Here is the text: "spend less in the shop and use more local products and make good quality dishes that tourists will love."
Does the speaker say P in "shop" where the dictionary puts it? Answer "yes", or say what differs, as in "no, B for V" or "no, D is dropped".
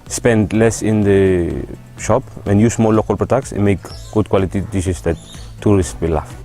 yes